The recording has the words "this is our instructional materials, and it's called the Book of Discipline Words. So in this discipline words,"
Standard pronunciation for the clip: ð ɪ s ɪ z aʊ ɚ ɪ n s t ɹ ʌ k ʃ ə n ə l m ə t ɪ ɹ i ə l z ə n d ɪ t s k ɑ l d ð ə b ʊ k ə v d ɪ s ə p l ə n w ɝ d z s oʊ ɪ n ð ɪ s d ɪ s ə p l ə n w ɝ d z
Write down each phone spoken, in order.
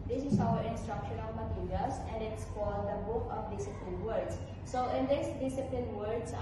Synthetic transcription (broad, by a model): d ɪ s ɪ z aʊ ɚ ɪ n s t ɹ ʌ k ʃ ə n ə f m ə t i ɹ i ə l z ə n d ɪ t s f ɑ d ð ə b ʊ k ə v d ɪ s ə p l ə n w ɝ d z s oʊ ɪ n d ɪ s d ɪ s ə p l ə n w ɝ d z